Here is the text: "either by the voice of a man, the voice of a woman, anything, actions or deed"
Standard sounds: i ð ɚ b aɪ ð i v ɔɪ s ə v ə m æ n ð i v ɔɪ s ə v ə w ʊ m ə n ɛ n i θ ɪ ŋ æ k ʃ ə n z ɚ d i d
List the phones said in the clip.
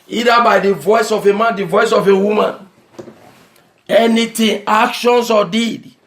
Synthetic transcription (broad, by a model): i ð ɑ b aɪ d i v ɔɪ s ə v ə m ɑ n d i v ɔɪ s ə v ə w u m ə n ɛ n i t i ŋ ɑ k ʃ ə n s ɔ d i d